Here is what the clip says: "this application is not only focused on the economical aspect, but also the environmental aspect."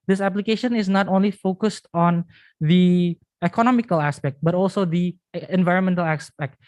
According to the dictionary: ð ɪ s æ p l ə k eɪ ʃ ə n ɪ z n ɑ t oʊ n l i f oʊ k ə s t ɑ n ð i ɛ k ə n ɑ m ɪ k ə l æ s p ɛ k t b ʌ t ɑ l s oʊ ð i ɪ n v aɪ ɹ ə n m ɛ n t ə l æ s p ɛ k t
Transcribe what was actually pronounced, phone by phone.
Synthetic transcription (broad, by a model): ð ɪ s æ p l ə k eɪ ʃ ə n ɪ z n ɑ t oʊ n l i f oʊ k ə s t ɑ n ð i ɛ k ə n ɑ m ɪ k ə l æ s p ɛ k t b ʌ t ɑ l s oʊ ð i ɪ n v aɪ ɹ ə n m ɛ n t ə l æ s p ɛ k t